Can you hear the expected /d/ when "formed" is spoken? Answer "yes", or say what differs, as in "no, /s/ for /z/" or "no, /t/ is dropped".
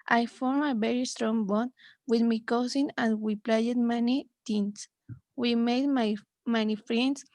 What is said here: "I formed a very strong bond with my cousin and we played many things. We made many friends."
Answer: no, /d/ is dropped